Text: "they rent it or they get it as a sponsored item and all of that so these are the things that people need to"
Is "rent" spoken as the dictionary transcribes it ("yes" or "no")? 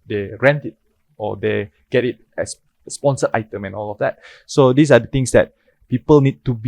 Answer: yes